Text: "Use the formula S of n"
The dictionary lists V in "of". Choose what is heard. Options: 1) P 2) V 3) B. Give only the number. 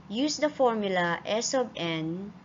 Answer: 3